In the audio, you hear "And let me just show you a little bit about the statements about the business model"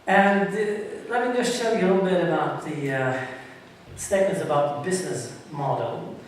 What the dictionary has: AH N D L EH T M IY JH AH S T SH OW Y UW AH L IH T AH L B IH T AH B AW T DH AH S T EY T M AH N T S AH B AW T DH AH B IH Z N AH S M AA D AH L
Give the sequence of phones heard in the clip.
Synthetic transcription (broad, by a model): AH N L EH T M IY JH AH S T AH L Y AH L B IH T AH B AW T DH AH S T EY T M AH N T S AH B AW T DH AH B IH Z N AH S M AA D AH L